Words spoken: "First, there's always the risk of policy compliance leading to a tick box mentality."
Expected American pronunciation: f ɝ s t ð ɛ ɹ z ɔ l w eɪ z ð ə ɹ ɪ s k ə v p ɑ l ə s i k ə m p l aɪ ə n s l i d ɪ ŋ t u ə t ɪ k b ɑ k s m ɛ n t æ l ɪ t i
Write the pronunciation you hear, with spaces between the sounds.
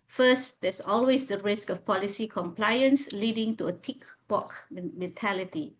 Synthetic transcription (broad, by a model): f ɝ s t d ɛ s ɔ l w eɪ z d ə ɹ ɪ s k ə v p ɑ l ə s i k ə m p l aɪ ə n s l i d ɪ ŋ t u ə t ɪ k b ɑ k m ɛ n t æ l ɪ t i